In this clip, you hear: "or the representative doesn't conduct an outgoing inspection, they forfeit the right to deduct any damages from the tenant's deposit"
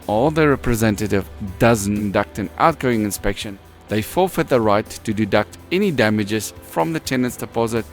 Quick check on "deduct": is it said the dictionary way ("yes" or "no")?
yes